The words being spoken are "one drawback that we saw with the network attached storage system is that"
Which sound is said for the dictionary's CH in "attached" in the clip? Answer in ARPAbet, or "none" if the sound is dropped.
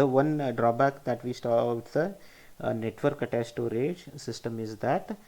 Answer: S